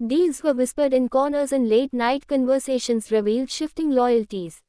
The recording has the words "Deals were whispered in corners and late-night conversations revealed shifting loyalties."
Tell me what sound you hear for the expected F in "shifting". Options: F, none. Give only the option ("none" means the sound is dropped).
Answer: F